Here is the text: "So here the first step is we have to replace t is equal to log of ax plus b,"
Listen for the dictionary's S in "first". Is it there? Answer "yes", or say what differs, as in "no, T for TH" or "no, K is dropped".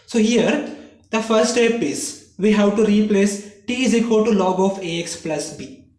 no, S is dropped